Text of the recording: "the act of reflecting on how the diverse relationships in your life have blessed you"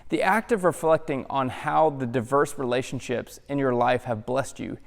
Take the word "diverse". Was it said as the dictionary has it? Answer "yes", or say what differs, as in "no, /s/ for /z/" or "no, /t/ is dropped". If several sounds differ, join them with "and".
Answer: yes